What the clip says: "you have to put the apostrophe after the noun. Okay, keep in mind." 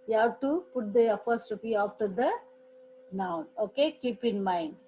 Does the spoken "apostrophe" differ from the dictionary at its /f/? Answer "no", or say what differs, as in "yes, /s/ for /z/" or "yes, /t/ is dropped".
yes, /p/ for /f/